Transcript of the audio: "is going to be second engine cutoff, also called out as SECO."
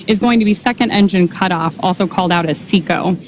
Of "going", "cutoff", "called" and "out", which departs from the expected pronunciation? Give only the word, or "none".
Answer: none